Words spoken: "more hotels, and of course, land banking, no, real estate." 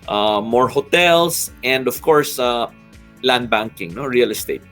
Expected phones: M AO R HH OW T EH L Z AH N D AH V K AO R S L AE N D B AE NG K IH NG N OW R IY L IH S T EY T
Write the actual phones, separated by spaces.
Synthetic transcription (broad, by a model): M AO R HH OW T EH L S AH N D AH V K AO R S L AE N D B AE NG K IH NG N OW R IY L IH S T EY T